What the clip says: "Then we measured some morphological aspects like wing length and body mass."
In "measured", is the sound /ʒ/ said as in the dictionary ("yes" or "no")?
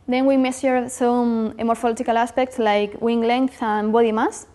no